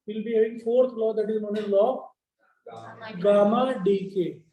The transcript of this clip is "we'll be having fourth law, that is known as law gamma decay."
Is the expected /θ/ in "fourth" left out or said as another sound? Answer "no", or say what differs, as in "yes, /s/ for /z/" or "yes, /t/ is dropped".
yes, /t/ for /θ/